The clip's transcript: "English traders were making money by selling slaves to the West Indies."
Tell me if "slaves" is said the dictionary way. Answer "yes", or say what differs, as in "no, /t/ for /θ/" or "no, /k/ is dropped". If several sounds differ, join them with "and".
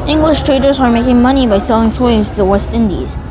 no, /w/ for /l/